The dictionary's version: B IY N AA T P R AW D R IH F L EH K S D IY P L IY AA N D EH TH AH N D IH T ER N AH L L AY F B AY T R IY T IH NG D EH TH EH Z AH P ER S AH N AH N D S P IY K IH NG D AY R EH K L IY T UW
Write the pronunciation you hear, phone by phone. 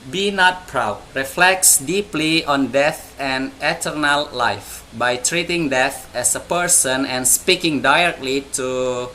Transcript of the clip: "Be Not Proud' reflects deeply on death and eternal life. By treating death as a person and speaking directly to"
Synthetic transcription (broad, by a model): B IY N AA T P R AW D R IH F L EH K S D IY P L IY AA N D EH TH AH N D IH T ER N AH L L AY F B AY T R IY T IH NG D EH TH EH S AH P ER S AH N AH N S P IY K IH NG D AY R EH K L IY T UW